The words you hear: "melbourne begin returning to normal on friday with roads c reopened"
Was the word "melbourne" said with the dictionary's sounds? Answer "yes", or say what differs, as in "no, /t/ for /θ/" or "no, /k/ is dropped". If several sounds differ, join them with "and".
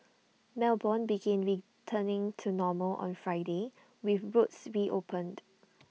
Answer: yes